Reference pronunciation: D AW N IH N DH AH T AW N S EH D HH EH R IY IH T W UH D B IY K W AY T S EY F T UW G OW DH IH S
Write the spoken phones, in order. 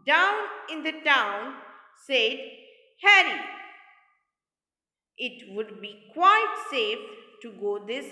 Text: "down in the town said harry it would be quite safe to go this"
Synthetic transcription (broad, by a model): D AW N IH N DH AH T AW N S EH D HH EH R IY IH T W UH D B IY K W AY T S EY F T UW G OW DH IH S